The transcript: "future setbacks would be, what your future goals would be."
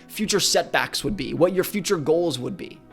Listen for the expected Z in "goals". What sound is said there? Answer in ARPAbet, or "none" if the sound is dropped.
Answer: Z